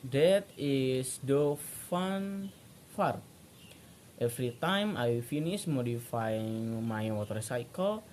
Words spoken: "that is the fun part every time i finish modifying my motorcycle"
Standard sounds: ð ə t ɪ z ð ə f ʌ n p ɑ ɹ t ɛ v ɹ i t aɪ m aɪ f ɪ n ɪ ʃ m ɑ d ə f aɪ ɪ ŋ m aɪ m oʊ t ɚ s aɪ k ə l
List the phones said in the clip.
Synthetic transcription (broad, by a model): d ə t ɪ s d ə f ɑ n f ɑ ɹ t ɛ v ɹ i t aɪ m aɪ f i n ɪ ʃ m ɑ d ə f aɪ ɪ ŋ m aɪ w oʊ t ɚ s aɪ k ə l